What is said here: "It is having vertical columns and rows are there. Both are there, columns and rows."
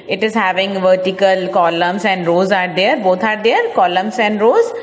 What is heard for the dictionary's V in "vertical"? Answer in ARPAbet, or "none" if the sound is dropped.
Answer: V